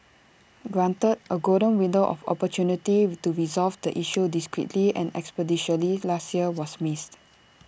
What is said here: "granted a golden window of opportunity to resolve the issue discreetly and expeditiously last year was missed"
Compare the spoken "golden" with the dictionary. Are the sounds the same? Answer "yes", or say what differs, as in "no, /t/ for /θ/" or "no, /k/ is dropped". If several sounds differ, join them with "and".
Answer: no, /l/ is dropped